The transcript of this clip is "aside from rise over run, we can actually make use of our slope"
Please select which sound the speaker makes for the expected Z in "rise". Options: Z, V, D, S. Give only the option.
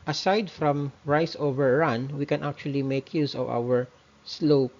S